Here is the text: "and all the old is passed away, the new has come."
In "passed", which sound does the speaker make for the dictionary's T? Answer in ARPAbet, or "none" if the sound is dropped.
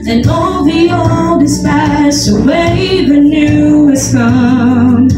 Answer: none